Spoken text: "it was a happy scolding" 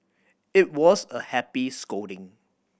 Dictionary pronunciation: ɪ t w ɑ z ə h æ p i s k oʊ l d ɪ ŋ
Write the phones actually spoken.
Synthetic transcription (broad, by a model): ɪ t w ɑ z ə h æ p i s k oʊ d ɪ ŋ